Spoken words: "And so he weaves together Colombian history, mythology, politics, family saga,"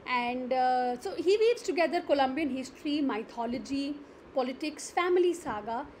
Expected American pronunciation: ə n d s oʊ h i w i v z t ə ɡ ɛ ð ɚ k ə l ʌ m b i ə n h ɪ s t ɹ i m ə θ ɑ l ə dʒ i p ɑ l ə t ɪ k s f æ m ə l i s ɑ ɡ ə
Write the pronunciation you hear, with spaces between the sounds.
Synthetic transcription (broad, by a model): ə n d s oʊ h i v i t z t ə ɡ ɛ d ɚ k ə l ʌ m b i ə n h ɪ s t ɹ i m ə t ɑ l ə dʒ i p ɑ l ə t ɪ k s f æ m ə l i s ɑ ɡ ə